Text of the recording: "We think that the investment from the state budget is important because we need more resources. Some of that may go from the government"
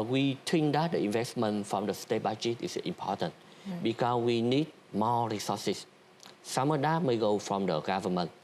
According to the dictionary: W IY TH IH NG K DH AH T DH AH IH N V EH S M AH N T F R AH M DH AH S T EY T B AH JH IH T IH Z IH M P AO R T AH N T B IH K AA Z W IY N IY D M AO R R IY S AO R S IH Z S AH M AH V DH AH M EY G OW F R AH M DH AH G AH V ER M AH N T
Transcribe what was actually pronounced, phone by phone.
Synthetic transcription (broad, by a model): W IY T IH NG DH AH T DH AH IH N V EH S M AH N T F R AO M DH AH S T EY T B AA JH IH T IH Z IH M P AO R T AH N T B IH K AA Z W IY N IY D M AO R R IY S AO S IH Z S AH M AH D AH M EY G OW F R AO M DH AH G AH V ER M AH N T